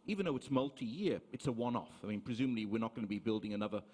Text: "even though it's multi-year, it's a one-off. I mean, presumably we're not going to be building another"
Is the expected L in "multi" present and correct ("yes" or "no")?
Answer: yes